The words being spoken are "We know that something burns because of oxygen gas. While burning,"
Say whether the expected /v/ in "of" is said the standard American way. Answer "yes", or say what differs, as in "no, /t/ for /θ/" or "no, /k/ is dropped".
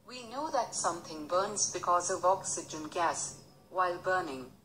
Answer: yes